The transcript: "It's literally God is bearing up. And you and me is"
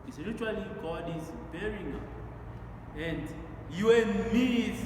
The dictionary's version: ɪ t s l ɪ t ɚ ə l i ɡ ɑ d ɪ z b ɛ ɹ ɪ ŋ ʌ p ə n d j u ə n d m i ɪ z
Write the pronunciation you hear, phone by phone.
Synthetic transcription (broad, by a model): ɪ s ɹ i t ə l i ɡ ɑ d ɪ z b ɛ ɹ ɪ ŋ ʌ ə n d j u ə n m i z